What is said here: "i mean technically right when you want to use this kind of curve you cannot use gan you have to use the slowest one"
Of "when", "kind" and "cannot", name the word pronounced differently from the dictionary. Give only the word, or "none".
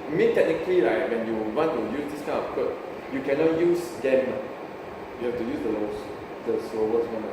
kind